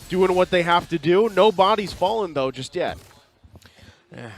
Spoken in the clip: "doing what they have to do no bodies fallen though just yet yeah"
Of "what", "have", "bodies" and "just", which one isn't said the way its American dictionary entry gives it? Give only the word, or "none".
have